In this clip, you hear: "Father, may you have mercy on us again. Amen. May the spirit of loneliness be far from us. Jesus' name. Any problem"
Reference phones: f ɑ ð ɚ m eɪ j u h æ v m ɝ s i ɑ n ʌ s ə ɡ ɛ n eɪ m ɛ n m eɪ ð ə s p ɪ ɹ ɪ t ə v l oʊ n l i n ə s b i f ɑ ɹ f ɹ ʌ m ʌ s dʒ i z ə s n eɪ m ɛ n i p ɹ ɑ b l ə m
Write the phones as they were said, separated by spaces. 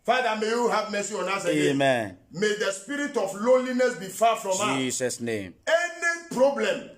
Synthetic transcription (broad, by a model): f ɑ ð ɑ m eɪ j u h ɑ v m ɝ s i ɑ n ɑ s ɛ eɪ m ɛ n m eɪ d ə s p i ɹ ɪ t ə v l oʊ l i n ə s b i f ɑ f ɹ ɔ m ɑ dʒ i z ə s n eɪ m ɛ n i p ɹ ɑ b l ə m